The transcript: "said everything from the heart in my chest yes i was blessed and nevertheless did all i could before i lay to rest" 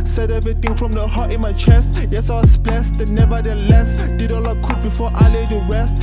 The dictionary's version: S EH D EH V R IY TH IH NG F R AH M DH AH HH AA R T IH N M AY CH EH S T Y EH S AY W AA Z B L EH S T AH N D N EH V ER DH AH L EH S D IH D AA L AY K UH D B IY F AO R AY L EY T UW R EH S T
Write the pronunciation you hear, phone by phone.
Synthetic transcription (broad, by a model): S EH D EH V R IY T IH NG F R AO M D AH HH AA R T IH N M AY CH EH S T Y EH S AY W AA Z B L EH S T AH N N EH V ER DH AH L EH S D IH D AA L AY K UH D B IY F AO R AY L EY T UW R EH S T